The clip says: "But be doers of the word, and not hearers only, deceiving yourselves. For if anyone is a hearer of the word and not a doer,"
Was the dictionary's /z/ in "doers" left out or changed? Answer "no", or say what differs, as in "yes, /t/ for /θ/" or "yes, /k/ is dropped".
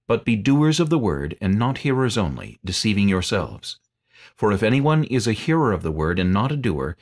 no